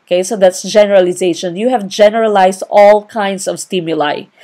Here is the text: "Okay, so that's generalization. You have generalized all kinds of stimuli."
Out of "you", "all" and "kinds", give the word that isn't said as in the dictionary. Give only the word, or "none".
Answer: kinds